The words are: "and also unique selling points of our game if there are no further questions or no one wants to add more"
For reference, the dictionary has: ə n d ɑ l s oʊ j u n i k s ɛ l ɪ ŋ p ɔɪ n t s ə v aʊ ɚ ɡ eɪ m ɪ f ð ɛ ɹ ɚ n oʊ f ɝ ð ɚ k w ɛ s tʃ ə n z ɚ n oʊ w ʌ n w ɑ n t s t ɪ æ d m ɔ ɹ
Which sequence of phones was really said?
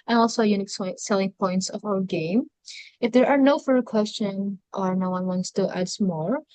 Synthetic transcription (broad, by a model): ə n ɑ l s oʊ j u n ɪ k s ɛ l ɪ ŋ p ɔɪ n t s ə v aʊ ɚ ɡ eɪ m ɪ f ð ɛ ɹ ɚ n oʊ f ɝ ð ɚ k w ɛ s tʃ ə n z ɚ n oʊ w ʌ n w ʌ n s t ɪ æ d m ɔ ɹ